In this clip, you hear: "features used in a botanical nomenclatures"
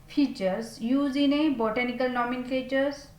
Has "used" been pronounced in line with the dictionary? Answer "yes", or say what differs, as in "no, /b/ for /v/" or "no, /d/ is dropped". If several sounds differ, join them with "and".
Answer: no, /d/ is dropped